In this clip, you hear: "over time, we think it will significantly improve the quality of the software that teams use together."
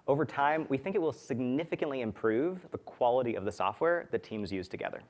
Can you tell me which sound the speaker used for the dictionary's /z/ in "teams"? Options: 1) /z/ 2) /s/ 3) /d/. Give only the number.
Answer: 1